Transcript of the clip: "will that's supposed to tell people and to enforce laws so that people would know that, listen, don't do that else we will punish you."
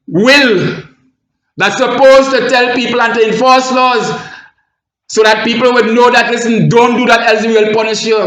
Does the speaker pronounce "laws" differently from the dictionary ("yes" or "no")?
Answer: no